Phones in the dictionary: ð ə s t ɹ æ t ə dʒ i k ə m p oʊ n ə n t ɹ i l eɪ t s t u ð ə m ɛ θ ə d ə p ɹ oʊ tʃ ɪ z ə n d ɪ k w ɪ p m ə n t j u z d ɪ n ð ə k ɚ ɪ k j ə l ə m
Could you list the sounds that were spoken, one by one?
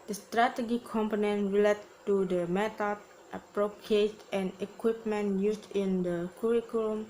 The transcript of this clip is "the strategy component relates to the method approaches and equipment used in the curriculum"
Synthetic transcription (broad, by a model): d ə s t ɹ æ t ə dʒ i k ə m p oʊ n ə n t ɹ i l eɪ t t u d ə m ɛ t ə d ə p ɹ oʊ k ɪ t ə n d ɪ k w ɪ p m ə n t j u s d ɪ n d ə k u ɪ k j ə l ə m